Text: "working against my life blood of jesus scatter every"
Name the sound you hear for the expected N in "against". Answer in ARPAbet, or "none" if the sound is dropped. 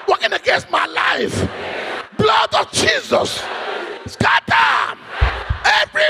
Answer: N